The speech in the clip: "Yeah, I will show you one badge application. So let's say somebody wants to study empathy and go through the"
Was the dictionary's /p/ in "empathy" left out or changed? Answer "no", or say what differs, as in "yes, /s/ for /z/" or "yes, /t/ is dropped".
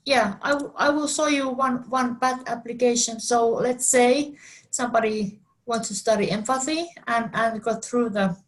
yes, /f/ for /p/